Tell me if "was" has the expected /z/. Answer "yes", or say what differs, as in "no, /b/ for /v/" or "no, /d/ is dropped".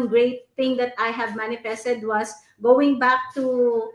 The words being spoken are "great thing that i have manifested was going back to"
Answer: no, /s/ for /z/